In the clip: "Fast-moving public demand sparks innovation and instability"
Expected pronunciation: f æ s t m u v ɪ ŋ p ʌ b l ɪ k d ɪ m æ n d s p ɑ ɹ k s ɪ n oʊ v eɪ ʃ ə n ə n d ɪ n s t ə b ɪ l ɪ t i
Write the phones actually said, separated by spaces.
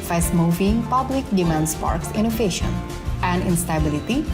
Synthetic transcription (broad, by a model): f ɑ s m u v ɪ ŋ p ʌ b l ɪ k d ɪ m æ n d s p ɑ ɹ k s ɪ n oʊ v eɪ ʃ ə n ə n d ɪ n s t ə b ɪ l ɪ t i